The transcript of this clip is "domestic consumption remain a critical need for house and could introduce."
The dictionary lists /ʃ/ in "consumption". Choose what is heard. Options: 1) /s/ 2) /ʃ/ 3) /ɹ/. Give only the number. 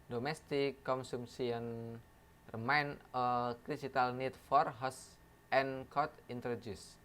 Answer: 1